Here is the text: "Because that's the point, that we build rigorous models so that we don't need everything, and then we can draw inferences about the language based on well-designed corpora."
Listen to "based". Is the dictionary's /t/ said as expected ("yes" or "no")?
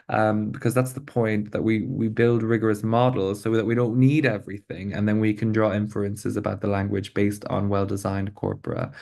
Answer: yes